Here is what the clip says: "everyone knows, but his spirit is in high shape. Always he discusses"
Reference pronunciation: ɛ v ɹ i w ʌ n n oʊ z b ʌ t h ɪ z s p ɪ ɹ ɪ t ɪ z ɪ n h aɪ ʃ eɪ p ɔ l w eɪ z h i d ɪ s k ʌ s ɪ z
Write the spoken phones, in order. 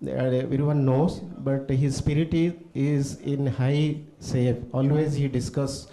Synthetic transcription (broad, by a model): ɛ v ɹ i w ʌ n n oʊ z b ʌ t h ɪ z s p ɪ ɹ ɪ t ɪ z ɪ n h aɪ s eɪ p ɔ l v eɪ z h i d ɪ s k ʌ s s